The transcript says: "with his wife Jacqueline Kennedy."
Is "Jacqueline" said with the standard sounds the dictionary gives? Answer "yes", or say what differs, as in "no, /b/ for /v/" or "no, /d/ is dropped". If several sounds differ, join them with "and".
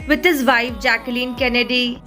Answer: yes